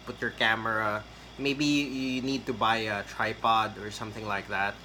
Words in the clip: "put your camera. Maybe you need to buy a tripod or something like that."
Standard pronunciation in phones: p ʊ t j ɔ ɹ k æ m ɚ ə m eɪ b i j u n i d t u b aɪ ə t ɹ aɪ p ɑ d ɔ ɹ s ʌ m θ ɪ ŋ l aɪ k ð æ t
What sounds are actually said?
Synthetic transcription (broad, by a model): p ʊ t j ɔ ɹ k æ m ɚ ə m eɪ b i j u n i d t u b aɪ ə t ɹ aɪ p ɑ d ɔ ɹ s ʌ m θ ɪ ŋ l aɪ k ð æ t